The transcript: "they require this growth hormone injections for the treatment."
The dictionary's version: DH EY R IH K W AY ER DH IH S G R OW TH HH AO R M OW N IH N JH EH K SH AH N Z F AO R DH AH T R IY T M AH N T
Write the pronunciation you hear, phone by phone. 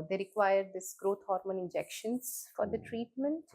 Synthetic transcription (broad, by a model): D EY R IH K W AY ER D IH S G R OW T HH AO R M OW N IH N JH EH K SH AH N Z F AO R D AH T R IY T M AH N T